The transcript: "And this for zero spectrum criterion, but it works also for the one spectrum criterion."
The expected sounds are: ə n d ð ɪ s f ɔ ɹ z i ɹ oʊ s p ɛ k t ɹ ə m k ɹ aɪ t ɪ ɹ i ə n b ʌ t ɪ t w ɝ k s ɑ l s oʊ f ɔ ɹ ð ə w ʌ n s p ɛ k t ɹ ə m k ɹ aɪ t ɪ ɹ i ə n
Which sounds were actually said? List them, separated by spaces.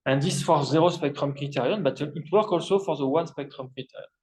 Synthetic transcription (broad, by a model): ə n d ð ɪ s f ɔ ɹ z i ɹ oʊ s p ɛ k t ɹ ə m k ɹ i t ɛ ɹ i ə n b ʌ t ɪ t w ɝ k ɑ l s oʊ f ɔ ɹ ð ə w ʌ n s p ɛ k t ɹ ə m k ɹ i t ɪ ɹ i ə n